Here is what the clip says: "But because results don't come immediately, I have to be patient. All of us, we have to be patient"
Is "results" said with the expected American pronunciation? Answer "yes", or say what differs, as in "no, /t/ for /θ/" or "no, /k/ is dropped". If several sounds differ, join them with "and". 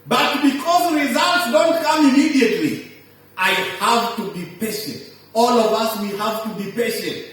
yes